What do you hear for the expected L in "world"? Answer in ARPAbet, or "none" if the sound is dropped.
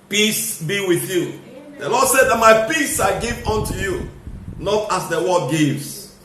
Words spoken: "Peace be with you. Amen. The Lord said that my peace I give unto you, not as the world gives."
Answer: none